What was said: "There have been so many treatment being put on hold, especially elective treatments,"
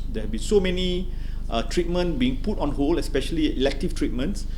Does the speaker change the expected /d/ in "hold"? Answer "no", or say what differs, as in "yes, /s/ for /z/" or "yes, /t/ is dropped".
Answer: yes, /d/ is dropped